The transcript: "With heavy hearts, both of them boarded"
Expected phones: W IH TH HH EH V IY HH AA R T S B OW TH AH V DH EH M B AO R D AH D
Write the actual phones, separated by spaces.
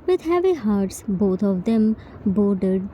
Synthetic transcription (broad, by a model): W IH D HH EH V IY HH AA R T S B OW T AH V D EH M B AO R D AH D